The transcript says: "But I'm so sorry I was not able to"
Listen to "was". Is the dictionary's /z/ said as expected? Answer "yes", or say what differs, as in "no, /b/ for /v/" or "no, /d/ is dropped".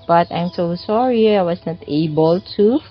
no, /s/ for /z/